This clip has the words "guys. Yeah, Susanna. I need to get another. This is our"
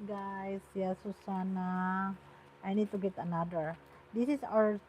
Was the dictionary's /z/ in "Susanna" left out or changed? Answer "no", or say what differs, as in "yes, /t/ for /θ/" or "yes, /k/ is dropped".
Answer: yes, /s/ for /z/